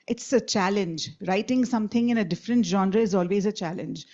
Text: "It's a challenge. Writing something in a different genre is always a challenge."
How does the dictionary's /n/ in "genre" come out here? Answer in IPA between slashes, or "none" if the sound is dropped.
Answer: /n/